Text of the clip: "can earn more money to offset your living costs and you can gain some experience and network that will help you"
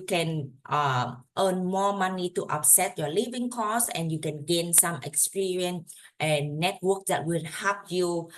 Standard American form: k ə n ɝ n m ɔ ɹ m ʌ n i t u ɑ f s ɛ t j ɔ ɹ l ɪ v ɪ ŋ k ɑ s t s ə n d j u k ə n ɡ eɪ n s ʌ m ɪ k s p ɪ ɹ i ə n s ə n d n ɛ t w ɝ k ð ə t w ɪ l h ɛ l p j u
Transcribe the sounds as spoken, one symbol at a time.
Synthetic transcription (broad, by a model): k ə n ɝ n m ɔ m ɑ n i t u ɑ p s ɛ t j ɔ l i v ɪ ŋ k ɑ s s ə n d j u k ə n ɡ eɪ n s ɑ m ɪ k s p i ɹ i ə n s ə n n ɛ t w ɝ k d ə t w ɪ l h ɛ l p j u